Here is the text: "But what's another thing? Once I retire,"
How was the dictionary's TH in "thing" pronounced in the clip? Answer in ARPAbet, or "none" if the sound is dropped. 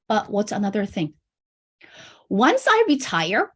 TH